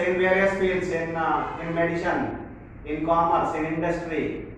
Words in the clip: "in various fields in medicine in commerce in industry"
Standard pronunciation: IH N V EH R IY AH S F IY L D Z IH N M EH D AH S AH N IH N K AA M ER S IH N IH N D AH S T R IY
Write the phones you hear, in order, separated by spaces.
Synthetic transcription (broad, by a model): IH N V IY IY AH S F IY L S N IH N M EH D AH SH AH N IH N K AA M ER S IH N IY N D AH S T R IY